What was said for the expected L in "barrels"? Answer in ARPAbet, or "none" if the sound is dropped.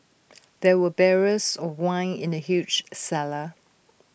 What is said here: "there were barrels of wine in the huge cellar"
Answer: none